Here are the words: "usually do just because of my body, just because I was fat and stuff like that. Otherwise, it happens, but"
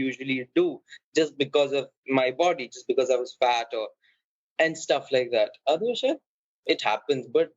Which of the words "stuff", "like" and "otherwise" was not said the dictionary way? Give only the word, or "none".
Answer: otherwise